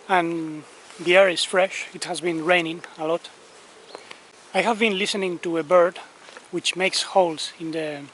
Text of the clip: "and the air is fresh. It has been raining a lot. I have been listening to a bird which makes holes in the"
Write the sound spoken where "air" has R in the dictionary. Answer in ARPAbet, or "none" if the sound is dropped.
R